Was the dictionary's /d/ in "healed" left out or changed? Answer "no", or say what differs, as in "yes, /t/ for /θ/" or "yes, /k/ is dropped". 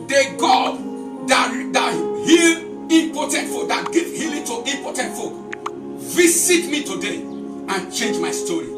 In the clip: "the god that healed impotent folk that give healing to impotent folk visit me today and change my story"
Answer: yes, /d/ is dropped